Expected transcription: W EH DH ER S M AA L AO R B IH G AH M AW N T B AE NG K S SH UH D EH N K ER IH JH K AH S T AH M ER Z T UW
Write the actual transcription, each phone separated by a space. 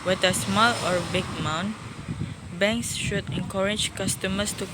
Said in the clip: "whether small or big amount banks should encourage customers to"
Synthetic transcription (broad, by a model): W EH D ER S M AA L AO R B IH G M AW N B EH NG K S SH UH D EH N K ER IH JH K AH S T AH M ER S T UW